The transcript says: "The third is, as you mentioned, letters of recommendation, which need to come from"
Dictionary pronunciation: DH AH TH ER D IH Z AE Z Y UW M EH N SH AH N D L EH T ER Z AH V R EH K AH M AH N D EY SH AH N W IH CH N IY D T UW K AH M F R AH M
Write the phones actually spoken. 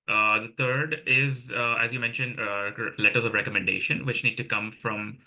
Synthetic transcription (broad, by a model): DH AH T ER D IH Z AE Z Y UW M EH N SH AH N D L EH T ER Z AH V R EH K AH M AH N D EY SH AH N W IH CH N IY D T UW K AH M F R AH M